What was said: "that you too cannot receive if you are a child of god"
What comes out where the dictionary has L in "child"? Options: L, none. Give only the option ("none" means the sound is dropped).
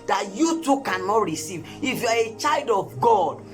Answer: L